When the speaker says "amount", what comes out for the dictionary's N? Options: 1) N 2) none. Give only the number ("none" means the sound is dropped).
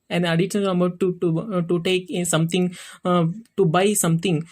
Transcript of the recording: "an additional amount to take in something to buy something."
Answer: 2